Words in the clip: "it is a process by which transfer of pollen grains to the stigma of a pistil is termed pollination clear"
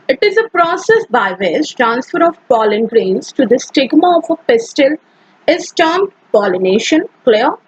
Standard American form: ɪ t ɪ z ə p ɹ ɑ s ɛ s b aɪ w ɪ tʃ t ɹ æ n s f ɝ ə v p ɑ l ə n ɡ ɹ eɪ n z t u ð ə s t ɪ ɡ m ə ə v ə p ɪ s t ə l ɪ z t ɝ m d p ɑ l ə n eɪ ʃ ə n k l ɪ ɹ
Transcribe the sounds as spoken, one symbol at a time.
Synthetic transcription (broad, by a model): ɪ t ɪ z ə p ɹ ɑ s ɛ s b aɪ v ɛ s t ɹ æ n s f ɝ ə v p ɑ l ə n ɡ ɹ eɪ n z t u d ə s t ɪ ɡ m ə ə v ə p ɪ s t ə l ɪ s t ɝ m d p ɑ l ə n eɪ ʃ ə n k l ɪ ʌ